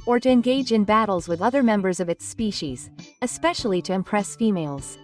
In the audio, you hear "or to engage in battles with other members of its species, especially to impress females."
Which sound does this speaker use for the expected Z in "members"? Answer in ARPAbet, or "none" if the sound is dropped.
Z